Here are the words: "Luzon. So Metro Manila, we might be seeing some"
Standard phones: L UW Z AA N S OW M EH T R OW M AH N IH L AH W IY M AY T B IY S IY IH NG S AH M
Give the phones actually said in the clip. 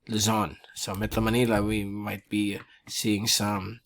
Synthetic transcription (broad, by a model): L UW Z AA N S OW M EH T OW M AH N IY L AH W IY M AY T B IY S IY IH NG S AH M